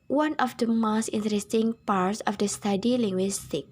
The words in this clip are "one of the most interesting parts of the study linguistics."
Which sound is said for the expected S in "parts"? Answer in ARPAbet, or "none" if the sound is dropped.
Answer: S